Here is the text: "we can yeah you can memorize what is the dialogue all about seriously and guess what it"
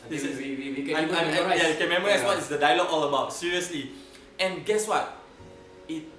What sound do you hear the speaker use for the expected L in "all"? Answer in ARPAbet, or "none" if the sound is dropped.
L